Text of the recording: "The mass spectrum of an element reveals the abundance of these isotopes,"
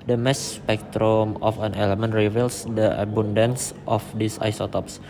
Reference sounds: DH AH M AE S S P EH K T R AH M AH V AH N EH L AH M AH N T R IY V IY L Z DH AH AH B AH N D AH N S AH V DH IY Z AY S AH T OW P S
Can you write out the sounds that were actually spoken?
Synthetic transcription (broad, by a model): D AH M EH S S P EH K T R AH M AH F AH N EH L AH M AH N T R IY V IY L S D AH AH B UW N D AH N S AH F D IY S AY S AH T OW P S